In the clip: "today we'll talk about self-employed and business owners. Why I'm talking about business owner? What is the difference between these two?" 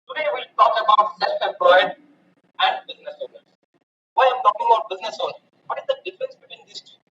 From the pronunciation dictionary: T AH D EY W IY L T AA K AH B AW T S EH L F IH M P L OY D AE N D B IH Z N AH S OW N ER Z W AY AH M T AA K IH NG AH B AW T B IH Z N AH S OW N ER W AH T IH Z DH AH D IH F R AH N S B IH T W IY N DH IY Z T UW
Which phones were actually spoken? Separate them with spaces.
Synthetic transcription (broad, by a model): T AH D EY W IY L T AA K AH B AW T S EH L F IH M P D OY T AE N D B IH Z N AH S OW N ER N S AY AH M T AA K IH NG AH B AW T B IH Z N AH S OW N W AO T IH Z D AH D IH F R AH N S B IH T W IY N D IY S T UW